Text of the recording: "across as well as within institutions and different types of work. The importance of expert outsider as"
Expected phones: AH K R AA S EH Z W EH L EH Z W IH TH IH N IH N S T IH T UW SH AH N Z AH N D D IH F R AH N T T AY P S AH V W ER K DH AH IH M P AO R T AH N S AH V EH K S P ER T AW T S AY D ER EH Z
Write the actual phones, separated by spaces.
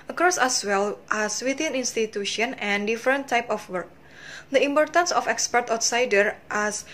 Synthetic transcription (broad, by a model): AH K R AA S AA S W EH L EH S W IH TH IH N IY N S T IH T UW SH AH N AH N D D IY F R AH N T T AY P AH F W ER K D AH IH M P AO R T AH N S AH F EH K S P ER T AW T S AY D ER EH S